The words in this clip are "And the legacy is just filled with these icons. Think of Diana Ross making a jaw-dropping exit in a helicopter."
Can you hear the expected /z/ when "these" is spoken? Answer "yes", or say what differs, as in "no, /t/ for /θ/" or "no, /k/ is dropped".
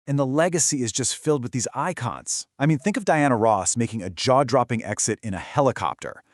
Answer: yes